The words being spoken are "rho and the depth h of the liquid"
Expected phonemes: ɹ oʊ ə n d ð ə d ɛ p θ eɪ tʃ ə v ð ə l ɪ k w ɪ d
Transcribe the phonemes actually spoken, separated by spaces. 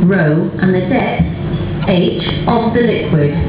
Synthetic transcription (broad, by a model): ɹ oʊ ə n ð ə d ɛ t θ eɪ tʃ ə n ð ə l ɪ k w ɪ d